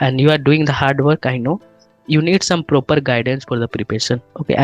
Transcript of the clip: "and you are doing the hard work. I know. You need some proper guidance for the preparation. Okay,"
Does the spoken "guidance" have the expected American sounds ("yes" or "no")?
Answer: yes